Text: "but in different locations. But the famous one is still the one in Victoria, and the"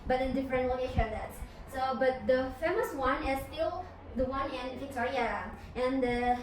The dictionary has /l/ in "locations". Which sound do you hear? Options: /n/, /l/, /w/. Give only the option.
/w/